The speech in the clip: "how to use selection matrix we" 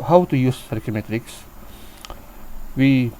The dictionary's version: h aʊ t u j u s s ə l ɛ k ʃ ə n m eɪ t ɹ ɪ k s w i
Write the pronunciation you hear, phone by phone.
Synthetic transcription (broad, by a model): h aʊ t u j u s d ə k ə m eɪ t ɹ ɪ k s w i